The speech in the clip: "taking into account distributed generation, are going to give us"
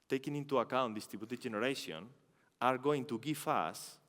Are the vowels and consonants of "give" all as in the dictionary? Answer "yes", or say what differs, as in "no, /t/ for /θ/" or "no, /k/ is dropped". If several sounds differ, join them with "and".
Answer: no, /f/ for /v/